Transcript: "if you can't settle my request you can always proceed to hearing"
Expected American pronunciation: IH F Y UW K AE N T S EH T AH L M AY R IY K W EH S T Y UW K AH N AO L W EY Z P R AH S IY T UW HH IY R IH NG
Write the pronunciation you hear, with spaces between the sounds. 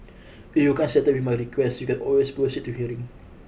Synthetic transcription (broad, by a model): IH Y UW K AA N S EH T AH W M AY R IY K W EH S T Y UW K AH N AO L W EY S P AH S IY T UW HH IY R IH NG